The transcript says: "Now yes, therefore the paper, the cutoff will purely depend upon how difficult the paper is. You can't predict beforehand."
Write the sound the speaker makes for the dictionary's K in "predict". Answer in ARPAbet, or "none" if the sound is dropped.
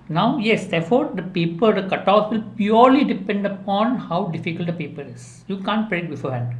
none